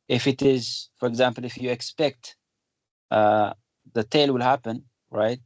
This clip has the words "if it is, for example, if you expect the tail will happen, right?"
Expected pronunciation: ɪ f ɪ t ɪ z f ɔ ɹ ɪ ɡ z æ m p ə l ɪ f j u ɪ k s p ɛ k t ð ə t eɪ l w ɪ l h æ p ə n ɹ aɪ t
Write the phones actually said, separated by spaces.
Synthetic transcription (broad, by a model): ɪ f ɪ t ɪ z f ɔ ɹ ɪ ɡ z æ m p ə l ɪ f j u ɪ k s p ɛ k t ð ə t eɪ l w ɪ l h æ p ə n ɹ aɪ t